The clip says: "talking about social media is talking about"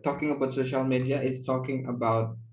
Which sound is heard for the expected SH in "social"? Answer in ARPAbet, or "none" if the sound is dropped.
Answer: SH